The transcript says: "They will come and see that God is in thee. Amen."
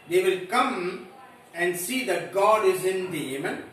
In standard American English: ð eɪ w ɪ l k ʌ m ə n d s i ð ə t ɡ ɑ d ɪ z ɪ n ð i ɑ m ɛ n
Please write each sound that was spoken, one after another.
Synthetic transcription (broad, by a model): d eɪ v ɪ l k ʌ m ə n d s i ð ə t ɡ ɑ d ɪ z ɪ n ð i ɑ m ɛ n